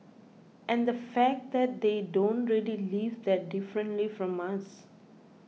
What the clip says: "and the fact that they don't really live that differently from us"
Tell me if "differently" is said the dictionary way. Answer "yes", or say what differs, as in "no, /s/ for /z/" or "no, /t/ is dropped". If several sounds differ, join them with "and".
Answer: yes